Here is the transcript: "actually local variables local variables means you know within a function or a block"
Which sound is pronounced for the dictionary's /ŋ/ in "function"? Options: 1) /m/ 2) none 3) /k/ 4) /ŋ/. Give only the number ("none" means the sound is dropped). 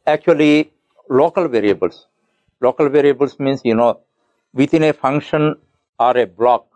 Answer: 4